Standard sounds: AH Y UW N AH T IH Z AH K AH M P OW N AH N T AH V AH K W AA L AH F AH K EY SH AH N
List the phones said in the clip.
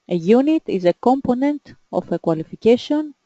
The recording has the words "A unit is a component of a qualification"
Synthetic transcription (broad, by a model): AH Y UW N AH T IH Z AH K AH M P OW N AH N T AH F AH K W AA L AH F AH K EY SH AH N